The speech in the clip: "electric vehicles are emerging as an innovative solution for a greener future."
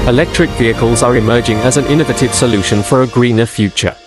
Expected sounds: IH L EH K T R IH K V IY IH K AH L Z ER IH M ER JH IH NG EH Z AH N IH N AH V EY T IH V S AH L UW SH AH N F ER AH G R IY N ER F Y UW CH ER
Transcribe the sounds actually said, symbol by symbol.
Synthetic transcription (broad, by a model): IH L EH K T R IH K V IY IH K AH L Z ER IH M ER JH IH NG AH Z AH N IH N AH V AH T IH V S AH L UW SH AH N F ER AH G R IY N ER F Y UW CH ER